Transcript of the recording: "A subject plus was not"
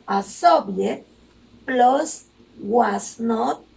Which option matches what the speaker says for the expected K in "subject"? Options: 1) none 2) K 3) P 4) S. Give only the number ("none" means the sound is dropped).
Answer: 1